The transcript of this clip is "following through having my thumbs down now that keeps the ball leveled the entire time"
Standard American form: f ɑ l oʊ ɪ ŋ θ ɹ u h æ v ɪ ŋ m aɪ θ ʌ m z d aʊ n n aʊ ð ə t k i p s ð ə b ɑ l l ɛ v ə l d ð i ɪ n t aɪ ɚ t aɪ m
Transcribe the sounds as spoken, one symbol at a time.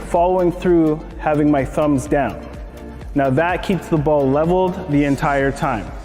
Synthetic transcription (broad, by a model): f ɑ l oʊ ɪ ŋ θ ɹ u h æ v ɪ ŋ m aɪ θ ʌ m z d aʊ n n aʊ ð ə t k i p s ð ə b ɑ l l ɛ v l d ð i ɪ n t aɪ ɚ t aɪ m